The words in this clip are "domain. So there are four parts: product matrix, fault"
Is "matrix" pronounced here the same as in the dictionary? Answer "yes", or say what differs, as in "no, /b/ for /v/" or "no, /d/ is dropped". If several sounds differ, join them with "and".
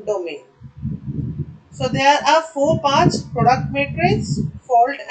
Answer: no, /k/ is dropped